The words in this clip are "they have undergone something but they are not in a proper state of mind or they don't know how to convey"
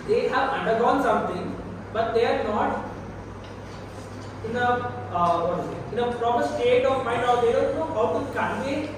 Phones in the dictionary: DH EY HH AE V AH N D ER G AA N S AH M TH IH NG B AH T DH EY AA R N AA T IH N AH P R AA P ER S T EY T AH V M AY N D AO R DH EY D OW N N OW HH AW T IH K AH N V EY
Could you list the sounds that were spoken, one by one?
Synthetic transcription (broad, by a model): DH EY HH AE V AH N D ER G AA N S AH M T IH NG B AH T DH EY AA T N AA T IH N AH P R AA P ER S T EY T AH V M AY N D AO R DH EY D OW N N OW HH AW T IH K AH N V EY